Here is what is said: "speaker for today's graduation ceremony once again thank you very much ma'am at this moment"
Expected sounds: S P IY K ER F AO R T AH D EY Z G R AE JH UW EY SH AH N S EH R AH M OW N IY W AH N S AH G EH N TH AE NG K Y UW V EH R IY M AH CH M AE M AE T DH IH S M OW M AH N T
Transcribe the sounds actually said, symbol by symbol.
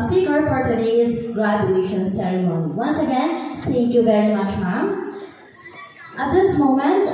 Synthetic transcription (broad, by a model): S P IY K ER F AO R T AH D EY Z G R AE JH UW EY SH AH N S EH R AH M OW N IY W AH N S AH G EH N T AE NG K Y UW V EH R IY M AH CH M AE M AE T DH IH S M OW M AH N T